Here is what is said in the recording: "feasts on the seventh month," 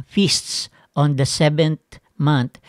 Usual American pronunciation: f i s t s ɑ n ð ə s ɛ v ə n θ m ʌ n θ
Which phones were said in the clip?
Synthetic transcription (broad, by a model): f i s t s ɑ n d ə s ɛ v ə n t m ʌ n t